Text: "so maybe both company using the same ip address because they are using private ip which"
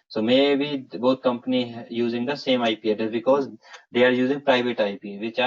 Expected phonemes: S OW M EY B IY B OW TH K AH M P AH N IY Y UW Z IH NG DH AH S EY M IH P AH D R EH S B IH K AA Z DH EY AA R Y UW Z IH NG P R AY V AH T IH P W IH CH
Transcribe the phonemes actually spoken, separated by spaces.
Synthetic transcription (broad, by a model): S OW M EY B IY B OW T K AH M P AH N IY Y UW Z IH NG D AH S EY M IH P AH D EH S B IH K AA Z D EY AA R Y UW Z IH NG P R AY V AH T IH P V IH CH